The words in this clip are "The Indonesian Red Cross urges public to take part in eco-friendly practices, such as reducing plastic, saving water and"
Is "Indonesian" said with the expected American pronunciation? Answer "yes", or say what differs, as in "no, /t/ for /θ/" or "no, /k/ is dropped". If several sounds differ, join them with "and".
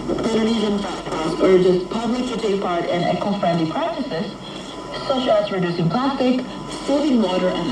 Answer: no, /z/ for /ʒ/